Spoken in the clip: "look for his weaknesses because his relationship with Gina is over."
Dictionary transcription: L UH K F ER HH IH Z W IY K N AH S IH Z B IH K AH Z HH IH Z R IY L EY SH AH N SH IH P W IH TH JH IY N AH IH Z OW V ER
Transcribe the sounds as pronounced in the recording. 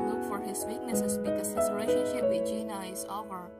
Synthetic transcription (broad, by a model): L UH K F ER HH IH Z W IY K N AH S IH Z B IH K AH Z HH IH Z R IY IH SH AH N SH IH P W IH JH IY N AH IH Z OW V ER